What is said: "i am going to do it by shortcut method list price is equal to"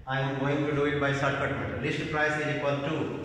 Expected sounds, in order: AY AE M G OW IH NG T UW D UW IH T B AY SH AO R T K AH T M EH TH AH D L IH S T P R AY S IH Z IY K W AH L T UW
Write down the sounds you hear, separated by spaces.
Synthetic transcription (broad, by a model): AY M G OW IH NG T UW D UW IH T B AY S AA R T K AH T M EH T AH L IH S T P R AY S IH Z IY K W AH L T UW